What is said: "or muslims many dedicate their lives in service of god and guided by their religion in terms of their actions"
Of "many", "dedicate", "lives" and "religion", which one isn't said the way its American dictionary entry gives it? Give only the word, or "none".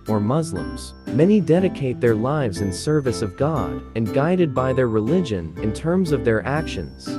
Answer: none